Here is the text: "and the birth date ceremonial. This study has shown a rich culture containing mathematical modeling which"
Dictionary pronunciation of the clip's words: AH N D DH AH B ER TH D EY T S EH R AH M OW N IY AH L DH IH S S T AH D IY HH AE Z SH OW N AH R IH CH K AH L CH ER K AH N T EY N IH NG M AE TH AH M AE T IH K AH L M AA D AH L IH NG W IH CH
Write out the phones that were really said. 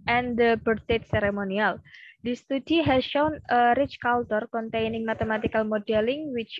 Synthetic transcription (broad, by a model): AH N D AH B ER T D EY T S EH R AH M OW N IY AH L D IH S S T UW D IY HH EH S SH OW N AH R IH CH K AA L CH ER K AH N T EY N IH NG M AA T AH M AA T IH K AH L M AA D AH L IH NG W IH CH